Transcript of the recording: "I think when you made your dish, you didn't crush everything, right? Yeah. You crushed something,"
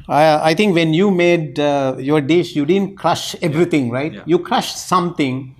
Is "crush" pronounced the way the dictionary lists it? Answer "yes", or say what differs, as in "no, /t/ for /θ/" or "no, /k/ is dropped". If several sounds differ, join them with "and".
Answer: yes